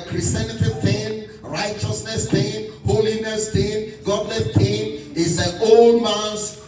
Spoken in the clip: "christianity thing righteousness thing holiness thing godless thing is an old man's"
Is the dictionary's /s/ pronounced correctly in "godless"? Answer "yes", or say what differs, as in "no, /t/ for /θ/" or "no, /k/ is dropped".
no, /s/ is dropped